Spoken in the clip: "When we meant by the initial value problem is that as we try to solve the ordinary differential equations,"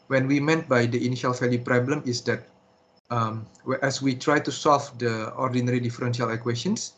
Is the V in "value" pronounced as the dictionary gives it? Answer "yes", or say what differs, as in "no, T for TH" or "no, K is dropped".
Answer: no, F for V